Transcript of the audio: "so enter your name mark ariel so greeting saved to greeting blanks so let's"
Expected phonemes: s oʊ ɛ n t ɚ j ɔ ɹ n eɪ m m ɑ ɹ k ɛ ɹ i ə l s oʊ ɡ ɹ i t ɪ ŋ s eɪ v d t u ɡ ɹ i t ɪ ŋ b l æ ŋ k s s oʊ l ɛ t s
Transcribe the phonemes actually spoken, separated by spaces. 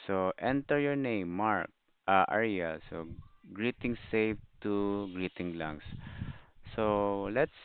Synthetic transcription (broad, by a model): s oʊ ɛ n t ɚ j ɔ ɹ n eɪ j m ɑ ɹ k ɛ ɹ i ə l s oʊ ɡ ɹ i t ɪ ŋ s eɪ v t u ɡ ɹ i t ɪ ŋ l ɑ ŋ s s oʊ l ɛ t s